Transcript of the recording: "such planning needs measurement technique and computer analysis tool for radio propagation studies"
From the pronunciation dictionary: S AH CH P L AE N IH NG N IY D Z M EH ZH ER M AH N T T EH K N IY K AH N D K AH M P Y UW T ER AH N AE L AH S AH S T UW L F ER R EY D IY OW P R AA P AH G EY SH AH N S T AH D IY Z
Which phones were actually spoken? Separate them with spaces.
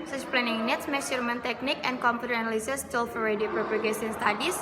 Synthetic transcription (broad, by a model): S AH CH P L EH N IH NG N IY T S M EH S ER M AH N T T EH K N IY K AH N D K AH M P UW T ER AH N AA L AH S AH S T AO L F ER R EY D IY OW P R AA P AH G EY S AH N S T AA D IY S